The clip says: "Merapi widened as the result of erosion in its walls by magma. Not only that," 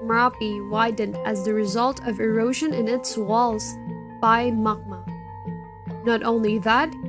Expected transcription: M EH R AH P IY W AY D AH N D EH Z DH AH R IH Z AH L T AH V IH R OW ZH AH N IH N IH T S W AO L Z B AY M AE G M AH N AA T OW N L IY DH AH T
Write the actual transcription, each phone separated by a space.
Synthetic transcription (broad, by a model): M R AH P IY W AY D N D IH Z DH AH R IH Z AH L T AH V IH R OW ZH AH N IH N IH T S W AO L Z B AY M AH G M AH N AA T OW N L IY DH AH T